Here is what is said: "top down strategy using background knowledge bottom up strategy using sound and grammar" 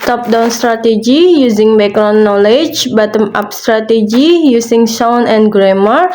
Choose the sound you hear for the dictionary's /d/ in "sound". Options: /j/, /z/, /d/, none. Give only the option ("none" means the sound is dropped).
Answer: none